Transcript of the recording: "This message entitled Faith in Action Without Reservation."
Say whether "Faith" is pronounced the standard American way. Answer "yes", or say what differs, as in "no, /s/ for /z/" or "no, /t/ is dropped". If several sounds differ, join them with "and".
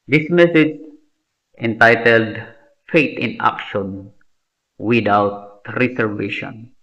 no, /t/ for /θ/